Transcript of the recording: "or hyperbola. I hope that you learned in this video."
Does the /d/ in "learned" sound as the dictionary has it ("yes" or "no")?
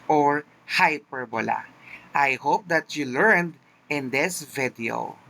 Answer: yes